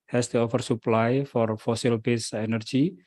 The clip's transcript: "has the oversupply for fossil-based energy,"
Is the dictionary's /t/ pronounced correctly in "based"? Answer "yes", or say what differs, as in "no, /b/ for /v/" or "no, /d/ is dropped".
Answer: no, /t/ is dropped